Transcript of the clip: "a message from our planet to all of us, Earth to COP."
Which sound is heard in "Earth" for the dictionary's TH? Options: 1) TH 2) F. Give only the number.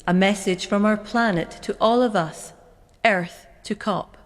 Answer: 1